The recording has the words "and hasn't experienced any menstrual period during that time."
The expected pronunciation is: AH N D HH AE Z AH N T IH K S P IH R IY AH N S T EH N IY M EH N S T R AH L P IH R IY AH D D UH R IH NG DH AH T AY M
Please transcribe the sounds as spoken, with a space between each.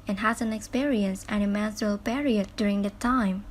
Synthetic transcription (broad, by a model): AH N HH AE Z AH N IH K S P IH R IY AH N S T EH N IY M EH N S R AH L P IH R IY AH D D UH R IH NG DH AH T AY M